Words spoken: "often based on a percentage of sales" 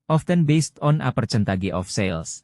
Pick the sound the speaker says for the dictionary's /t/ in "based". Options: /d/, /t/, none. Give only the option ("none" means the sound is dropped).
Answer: /t/